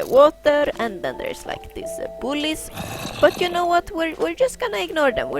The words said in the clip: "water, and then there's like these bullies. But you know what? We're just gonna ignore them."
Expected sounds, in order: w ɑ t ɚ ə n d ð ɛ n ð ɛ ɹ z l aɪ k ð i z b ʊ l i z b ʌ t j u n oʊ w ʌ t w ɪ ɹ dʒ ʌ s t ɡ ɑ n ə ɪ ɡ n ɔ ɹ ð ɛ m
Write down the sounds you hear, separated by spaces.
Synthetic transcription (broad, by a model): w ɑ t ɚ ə n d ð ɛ n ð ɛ ɹ s l aɪ k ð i s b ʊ l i s b ʌ t j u n oʊ w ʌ t w ɪ ɹ dʒ ʌ s t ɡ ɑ n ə ɪ ɡ n ɔ ɹ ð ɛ m